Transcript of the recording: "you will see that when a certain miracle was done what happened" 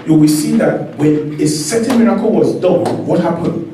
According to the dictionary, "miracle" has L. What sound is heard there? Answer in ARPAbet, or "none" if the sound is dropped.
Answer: L